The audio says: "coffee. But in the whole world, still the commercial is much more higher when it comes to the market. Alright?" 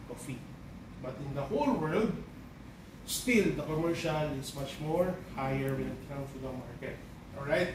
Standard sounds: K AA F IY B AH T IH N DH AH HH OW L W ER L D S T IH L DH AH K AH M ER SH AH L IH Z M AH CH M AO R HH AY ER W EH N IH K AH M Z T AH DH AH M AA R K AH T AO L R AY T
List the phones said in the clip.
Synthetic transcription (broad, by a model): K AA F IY B AH T IH N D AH HH OW L W ER L D S T IH L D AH K AH M ER SH AH L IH S M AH CH M AO R HH AY ER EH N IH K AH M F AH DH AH M AA R K AH T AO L R AY T